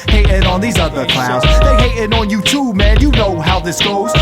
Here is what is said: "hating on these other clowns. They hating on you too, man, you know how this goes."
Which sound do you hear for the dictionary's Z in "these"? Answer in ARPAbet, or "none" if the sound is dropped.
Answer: Z